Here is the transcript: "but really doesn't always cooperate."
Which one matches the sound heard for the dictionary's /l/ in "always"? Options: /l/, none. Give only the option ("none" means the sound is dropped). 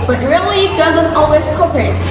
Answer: /l/